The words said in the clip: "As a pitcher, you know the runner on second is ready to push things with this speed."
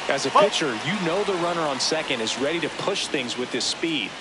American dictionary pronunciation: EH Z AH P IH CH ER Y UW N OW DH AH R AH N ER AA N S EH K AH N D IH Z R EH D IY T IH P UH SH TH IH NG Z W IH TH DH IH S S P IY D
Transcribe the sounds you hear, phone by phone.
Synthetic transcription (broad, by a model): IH Z AH P IH CH ER Y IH N OW DH AH R AH N ER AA N S EH K AH N D IH Z R EH D IY T IH P UH SH TH IH NG Z W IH DH IH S S P IY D